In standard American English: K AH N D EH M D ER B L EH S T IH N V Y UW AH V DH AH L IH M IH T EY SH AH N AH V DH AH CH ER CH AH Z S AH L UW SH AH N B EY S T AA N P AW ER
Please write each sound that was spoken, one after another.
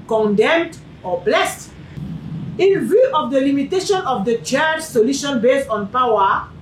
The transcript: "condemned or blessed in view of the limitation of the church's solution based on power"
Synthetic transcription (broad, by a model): K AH N D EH M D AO B L EH S T IH N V Y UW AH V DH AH L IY M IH T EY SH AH N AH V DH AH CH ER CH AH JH S AH L UW SH AH N B EY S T AA N P AW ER